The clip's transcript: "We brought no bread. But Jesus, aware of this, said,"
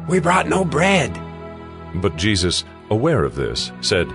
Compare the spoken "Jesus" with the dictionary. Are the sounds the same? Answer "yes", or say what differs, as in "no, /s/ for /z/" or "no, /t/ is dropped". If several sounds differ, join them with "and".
yes